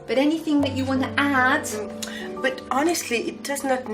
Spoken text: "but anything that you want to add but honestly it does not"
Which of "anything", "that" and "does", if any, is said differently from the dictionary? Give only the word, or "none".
none